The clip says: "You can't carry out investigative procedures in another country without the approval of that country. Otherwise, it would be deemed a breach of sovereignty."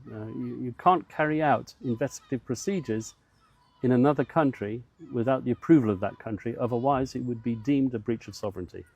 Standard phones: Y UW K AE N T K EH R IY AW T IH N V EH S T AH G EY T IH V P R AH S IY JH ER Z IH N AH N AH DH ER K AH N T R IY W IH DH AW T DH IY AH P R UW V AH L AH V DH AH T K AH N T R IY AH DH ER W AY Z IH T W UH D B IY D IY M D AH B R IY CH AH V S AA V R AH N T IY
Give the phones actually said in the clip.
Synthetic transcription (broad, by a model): Y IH K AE N K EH R IY AW T IH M V EH S T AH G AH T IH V P R AH S IY JH ER Z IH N AH N AH DH ER K AH N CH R IY W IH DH AW T DH IY AH P R UW V AH L AH V DH AH T K AH N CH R IY AH DH ER W AY Z IH T W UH D B IY D IY M D AH B R IY CH AH V S AA V R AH N T IY